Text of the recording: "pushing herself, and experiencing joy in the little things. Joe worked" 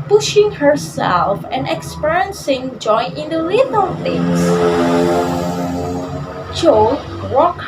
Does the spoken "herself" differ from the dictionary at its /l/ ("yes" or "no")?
no